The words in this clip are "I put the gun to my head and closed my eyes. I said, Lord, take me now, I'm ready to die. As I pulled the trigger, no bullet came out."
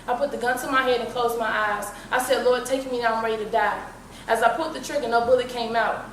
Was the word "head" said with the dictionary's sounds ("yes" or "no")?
yes